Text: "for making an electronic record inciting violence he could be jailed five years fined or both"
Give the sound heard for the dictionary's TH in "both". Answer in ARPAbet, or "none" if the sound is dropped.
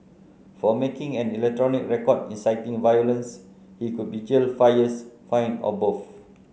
F